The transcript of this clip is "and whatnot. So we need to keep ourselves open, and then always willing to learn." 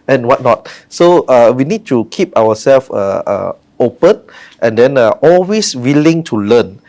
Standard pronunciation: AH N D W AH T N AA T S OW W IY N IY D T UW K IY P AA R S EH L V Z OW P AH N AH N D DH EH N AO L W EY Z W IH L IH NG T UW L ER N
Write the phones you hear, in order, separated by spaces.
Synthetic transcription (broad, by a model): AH N W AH T N AA T S OW W IY N IY D T UW K IY P AA W S EH L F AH OW P AH N AH N D EH N AO L W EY S W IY L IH NG T UW L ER N